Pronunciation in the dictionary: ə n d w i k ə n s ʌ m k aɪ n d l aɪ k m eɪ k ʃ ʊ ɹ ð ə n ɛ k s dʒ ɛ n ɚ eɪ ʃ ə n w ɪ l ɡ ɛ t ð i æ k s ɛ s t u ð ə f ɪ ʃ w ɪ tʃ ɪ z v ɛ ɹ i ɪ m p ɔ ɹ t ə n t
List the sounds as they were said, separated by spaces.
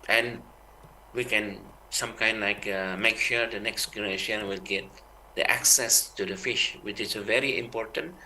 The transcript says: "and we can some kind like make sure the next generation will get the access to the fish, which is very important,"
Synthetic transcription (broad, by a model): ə n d w i k ə n s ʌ m k aɪ n d l aɪ k m eɪ k ʃ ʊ ɹ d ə n ɛ k s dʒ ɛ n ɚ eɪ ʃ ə n w ɪ l ɡ ɛ t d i æ k s ɛ s t u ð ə f ɪ ʃ w ɪ tʃ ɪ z v ɛ ɹ i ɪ m p ɔ ɹ t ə n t